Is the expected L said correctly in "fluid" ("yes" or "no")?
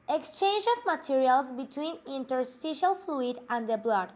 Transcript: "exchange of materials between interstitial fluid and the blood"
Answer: yes